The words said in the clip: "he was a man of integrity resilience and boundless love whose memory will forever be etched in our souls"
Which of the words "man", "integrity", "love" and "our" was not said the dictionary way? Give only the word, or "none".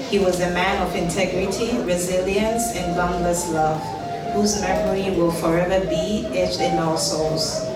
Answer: our